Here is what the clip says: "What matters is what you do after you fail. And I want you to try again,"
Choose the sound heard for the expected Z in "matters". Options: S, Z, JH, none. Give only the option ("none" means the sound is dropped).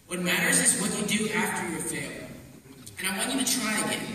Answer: Z